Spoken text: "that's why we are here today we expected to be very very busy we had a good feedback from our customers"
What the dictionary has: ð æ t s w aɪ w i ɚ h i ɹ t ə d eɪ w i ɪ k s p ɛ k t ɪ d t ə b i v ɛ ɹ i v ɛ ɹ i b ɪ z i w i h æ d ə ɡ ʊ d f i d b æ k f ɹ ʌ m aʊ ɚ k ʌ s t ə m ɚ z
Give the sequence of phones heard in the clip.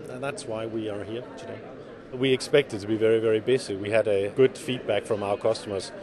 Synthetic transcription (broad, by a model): ð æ t s w aɪ w i ɚ h i ɹ t ə d eɪ w i ɪ k s p ɛ k t ɪ d t ə b i v ɛ ɹ i v ɛ ɹ i b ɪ s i w i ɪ d ə ɡ ʊ d f i d b æ k f ɹ ʌ m aʊ ɚ k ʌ s t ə m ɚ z